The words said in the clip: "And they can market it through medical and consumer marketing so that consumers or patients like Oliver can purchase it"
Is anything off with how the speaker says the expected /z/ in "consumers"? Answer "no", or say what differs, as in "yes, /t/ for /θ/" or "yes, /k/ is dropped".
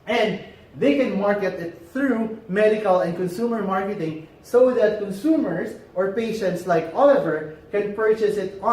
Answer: yes, /s/ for /z/